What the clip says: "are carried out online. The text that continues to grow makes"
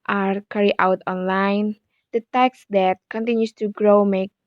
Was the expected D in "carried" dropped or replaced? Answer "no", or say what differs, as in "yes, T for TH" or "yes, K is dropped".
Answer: yes, D is dropped